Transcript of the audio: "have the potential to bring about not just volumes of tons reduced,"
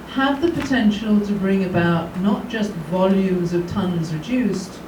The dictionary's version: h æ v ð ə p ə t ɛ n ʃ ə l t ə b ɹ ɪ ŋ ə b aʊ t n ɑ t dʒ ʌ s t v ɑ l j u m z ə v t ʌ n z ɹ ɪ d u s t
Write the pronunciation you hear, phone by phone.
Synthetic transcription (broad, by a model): h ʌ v ð ə p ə t ɛ n ʃ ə l t ə b ɹ ɪ ŋ ə b aʊ t n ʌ t dʒ ʌ s t v ɑ l j u m z ə v t ʌ n z ɹ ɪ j u s t